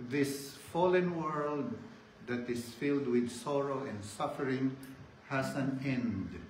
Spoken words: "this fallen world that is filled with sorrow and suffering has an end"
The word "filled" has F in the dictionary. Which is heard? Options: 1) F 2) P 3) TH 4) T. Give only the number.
1